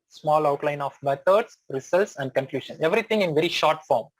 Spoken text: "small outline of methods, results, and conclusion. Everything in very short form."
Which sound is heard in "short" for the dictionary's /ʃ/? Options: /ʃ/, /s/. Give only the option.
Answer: /ʃ/